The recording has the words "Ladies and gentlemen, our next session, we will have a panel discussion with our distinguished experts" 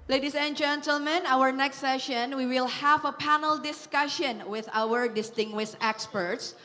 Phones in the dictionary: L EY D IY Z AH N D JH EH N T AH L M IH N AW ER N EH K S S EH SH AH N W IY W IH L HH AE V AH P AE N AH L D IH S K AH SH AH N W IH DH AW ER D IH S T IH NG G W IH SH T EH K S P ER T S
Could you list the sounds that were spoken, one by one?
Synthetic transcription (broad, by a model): L EY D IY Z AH N JH EH N T AH L M IH N AW ER N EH K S S EH SH AH N W IY W IH L HH AE V AH P AE N AH L D IH S K AH SH AH N W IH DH AW ER D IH S T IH NG G W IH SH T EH K S P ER T S